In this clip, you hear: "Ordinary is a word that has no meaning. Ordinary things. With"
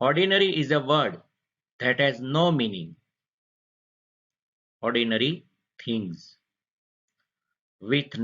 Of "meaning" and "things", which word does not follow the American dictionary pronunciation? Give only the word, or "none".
things